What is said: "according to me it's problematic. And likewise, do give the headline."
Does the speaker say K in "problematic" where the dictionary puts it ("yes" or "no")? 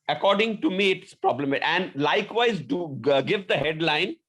no